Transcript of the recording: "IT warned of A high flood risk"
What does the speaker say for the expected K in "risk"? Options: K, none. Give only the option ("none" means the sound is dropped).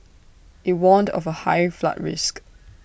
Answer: K